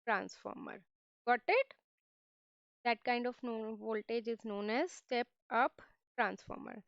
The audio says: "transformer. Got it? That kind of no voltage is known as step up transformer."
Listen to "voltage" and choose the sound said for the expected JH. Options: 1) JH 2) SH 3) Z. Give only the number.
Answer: 1